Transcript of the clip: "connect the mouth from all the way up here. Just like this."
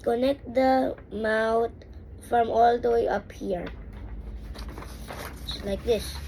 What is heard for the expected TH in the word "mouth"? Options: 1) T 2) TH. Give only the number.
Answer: 1